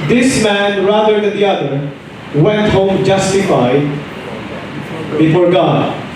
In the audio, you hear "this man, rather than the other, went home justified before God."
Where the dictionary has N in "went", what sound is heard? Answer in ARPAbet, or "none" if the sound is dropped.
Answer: N